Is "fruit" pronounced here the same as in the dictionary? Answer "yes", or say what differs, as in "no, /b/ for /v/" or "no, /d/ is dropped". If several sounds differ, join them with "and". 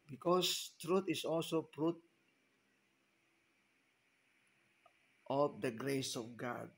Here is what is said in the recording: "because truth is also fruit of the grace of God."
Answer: no, /p/ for /f/